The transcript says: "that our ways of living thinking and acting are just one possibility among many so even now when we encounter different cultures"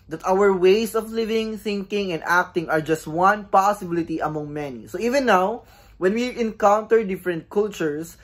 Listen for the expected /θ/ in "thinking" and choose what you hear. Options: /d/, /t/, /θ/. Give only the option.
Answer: /θ/